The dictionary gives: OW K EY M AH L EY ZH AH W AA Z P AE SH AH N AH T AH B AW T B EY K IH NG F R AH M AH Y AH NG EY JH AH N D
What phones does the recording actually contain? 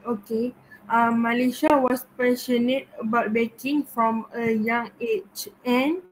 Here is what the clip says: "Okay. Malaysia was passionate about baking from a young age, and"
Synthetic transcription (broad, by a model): OW K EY M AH L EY SH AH W AA S P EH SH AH N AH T AH B AW T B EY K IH NG F R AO M AH Y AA NG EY CH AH N